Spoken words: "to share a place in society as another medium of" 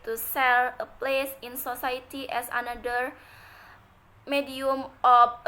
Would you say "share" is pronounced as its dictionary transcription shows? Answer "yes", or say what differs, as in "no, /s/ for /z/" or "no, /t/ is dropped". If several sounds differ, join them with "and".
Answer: no, /s/ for /ʃ/ and /l/ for /ɹ/